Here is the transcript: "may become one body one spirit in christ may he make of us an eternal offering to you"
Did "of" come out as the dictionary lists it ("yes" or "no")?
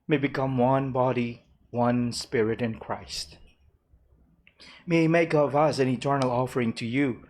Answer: yes